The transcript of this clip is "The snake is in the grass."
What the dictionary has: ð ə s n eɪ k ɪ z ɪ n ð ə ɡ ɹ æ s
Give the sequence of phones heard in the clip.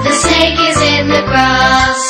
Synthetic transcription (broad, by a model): ð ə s eɪ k ɪ z ɪ n ð ə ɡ ɹ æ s